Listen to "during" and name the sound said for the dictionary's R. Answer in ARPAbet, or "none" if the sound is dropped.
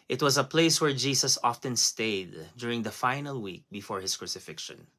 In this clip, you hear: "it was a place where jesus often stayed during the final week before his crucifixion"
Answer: R